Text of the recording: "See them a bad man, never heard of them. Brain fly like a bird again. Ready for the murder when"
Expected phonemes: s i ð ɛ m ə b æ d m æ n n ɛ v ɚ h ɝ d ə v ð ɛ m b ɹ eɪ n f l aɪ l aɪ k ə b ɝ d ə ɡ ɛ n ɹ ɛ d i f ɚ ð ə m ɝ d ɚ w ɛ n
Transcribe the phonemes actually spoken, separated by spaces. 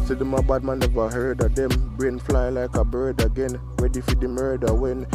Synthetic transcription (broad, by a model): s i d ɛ m ə b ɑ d m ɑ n n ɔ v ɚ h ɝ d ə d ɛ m b ɹ eɪ n f l aɪ l aɪ k ə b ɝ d ə ɡ ɛ n w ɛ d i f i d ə m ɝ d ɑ w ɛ n